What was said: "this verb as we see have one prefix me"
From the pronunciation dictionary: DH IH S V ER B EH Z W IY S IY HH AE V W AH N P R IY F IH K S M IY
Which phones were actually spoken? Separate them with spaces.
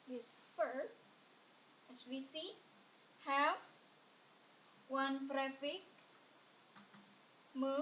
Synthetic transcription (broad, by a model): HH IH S F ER EH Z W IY S IY HH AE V W AH N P R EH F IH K M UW